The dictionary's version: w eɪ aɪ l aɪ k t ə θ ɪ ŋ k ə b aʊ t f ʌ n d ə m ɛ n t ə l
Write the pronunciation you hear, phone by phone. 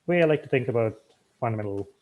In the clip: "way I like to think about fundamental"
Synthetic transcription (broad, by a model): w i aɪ l aɪ k t ə θ ɪ ŋ k ə b aʊ t f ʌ n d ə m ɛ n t l